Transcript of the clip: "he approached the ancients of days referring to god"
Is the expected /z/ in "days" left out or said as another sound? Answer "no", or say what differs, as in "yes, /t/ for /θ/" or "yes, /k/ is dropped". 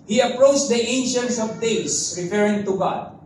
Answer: yes, /s/ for /z/